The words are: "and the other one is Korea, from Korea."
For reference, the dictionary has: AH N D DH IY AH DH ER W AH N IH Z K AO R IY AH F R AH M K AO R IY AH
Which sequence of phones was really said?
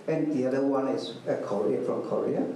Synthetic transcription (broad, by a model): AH N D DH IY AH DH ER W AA IH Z K AO R IY AH F R AH M K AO R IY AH